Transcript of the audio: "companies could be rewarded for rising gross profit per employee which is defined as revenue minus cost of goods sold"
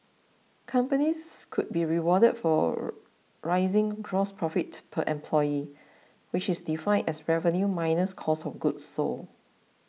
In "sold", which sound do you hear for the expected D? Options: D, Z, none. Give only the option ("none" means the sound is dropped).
none